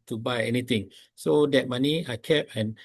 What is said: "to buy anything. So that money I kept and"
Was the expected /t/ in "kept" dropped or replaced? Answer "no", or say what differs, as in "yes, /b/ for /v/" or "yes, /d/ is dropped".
yes, /t/ is dropped